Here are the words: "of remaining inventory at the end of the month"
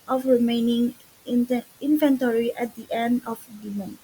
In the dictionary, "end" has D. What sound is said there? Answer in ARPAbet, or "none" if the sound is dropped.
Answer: D